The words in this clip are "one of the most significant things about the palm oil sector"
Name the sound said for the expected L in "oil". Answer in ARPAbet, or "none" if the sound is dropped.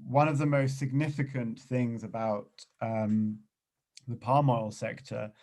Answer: L